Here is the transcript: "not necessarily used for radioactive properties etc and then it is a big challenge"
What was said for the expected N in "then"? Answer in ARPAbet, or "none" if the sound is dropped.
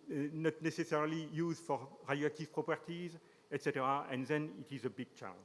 N